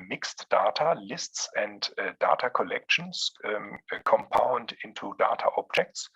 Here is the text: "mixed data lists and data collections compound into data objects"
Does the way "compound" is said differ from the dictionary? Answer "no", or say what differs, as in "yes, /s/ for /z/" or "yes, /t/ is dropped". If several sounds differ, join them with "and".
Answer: no